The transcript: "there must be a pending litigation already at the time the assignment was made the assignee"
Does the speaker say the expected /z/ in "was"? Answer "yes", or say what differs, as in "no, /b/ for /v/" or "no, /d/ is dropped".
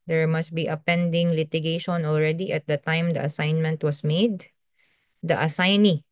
no, /s/ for /z/